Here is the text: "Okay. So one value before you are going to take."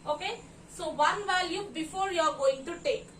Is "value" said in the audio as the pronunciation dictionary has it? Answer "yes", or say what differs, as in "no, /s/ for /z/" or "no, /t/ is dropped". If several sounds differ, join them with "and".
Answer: no, /l/ is dropped